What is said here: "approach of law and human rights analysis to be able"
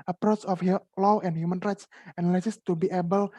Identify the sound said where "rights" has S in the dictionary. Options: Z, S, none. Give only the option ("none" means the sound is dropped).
S